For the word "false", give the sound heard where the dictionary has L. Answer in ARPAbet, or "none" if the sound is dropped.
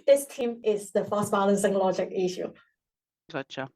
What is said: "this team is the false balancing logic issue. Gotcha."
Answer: none